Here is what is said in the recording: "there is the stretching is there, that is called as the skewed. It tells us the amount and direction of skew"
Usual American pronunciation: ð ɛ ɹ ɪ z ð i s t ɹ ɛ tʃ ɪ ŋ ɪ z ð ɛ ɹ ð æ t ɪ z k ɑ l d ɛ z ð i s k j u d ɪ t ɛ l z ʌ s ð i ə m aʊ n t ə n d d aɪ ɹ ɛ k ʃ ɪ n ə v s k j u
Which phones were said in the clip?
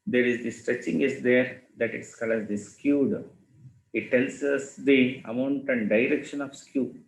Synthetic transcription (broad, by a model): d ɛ ɹ ɪ z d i s t ɹ ɛ tʃ ɪ ŋ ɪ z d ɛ ɹ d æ t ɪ s k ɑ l ɛ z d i s k j u d ɪ t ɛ l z ʌ s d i ə m aʊ n t ə n d d aɪ ɹ ɛ k ʃ ɪ n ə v s k j u